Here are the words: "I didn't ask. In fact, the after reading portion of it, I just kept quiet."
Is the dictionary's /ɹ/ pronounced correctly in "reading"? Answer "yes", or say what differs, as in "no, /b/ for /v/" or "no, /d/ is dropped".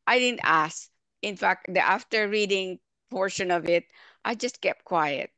yes